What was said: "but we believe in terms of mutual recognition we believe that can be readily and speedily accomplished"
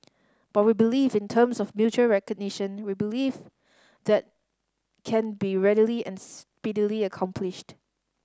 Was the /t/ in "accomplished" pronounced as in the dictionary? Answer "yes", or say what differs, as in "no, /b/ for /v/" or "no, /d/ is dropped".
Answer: yes